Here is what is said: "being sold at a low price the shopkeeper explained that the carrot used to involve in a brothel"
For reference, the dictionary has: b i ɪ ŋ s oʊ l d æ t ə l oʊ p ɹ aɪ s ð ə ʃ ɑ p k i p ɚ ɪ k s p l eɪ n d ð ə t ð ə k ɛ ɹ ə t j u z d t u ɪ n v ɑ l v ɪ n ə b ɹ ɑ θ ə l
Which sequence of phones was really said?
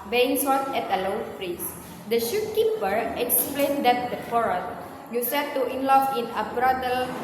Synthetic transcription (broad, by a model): b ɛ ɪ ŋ s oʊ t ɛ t ə l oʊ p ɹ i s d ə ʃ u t k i p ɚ ɪ k s p l eɪ n d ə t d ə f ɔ ɹ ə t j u s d t u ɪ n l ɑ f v ɪ n ə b ɹ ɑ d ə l